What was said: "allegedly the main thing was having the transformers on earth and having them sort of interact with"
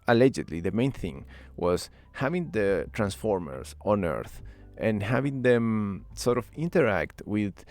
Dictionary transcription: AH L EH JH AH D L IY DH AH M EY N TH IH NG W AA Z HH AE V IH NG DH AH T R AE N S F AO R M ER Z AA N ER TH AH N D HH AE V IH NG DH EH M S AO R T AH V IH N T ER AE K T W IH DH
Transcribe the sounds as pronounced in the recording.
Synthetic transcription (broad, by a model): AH L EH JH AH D L IY DH AH M EY N TH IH NG W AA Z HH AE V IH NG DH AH T R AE N S F AO R M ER S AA N ER TH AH N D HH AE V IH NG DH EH M S AO R T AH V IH N T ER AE K T W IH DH